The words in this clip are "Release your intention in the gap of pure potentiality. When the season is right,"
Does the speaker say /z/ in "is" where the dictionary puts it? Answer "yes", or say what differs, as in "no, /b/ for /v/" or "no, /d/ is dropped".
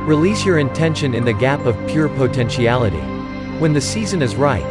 yes